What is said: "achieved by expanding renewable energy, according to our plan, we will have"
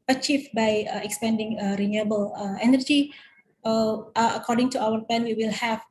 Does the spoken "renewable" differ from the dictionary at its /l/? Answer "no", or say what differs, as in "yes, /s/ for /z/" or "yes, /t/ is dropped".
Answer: no